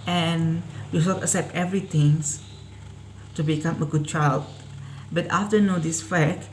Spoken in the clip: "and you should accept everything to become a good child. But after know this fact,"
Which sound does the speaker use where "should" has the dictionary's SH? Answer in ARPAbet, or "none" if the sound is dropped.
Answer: S